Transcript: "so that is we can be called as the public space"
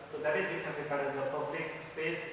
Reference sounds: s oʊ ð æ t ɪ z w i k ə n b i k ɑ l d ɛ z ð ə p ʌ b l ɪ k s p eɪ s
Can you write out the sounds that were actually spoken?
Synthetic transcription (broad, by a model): s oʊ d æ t ɪ z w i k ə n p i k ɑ d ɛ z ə p ʌ b l ɪ k s p eɪ s